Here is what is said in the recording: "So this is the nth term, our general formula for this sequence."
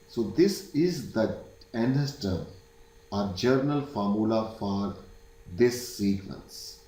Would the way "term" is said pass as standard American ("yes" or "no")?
no